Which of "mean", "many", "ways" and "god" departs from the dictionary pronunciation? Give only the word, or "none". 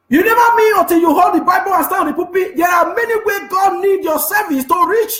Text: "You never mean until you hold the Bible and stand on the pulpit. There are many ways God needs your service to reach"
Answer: ways